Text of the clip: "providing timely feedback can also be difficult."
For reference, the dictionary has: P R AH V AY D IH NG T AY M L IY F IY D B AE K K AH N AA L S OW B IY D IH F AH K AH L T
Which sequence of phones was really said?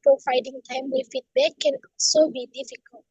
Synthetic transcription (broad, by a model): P R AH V AY D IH NG T AY M W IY F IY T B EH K K AH N AA L S OW B IY D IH F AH K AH L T